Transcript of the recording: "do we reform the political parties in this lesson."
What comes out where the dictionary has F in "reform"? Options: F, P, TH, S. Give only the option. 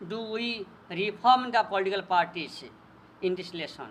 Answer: P